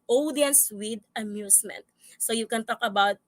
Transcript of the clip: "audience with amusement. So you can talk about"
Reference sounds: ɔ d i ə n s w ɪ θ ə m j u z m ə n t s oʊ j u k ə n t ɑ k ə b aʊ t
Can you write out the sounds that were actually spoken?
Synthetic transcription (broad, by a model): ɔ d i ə n s w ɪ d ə m j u s m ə n t s oʊ j u k ə n t ɑ k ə b aʊ t